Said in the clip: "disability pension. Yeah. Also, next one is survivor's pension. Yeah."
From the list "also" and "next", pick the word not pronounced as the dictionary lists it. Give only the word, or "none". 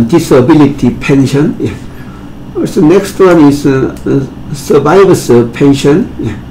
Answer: also